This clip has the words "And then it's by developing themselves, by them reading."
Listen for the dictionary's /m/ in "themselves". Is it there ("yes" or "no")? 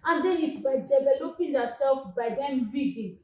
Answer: no